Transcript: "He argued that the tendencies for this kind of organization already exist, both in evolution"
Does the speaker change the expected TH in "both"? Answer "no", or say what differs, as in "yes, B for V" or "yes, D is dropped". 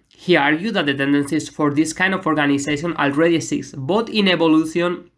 yes, T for TH